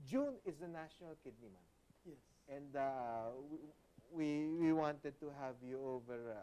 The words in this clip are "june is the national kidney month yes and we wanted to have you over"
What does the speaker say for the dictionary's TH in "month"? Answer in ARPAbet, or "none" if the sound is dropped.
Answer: T